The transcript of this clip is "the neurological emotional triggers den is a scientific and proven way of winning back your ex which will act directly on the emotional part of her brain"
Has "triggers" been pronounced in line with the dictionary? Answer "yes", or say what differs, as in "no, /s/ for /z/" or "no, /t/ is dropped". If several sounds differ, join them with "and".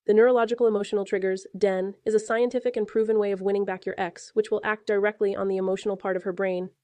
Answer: yes